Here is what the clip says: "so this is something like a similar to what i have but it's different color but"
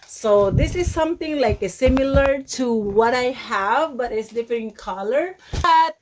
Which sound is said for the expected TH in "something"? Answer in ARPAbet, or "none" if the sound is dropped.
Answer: T